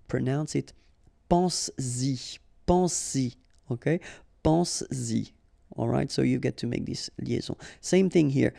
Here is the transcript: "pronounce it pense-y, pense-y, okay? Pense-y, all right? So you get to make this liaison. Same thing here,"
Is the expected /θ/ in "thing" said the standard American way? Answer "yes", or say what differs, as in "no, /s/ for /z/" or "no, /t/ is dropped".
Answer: yes